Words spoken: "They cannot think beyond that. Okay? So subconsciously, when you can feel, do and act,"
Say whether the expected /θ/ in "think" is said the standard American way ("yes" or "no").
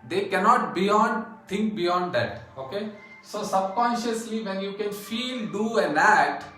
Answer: no